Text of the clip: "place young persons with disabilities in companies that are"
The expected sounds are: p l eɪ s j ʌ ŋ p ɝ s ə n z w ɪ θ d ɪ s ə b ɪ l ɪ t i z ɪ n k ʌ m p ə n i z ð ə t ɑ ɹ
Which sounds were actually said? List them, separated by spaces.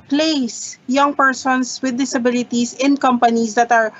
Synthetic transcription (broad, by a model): p l eɪ s j ʌ ŋ p ɝ s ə n s w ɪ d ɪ s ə b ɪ l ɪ t i s ɪ n k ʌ m p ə n i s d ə t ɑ ɹ